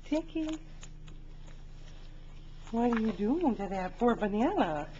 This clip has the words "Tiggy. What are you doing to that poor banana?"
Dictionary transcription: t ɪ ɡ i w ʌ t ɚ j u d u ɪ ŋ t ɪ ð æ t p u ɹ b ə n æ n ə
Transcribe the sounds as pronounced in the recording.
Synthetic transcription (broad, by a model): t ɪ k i w ʌ t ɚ j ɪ d u ɪ ŋ t ɪ ð æ t f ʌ ɹ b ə n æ n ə